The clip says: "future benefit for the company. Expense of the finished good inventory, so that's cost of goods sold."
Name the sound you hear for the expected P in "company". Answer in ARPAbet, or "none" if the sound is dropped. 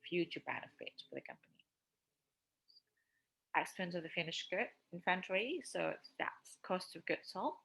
P